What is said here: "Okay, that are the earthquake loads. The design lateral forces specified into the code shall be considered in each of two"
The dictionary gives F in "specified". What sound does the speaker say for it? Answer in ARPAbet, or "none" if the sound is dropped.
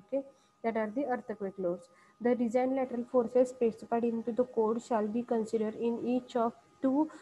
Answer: P